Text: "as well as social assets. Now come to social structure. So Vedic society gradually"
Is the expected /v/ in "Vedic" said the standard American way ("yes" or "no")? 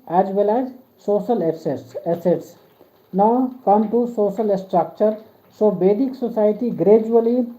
no